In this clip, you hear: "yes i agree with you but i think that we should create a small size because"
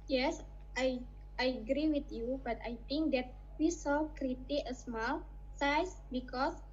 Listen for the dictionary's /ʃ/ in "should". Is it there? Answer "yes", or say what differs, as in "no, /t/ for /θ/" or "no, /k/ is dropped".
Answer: no, /s/ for /ʃ/